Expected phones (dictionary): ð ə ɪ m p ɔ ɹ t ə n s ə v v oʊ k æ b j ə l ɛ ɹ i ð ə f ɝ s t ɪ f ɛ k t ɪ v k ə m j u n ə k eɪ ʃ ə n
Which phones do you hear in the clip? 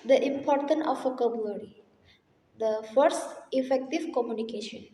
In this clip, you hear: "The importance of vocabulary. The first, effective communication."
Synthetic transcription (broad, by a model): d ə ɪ m p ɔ ɹ t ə n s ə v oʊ k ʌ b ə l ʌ ɹ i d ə f ɝ s t ɪ f ɛ k t ɪ v k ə m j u n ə k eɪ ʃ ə n